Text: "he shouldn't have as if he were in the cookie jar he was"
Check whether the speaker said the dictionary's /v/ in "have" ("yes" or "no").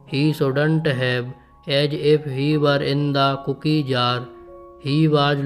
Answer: no